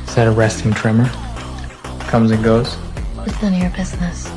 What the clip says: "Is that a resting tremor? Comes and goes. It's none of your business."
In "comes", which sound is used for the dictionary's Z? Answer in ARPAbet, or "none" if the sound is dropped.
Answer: Z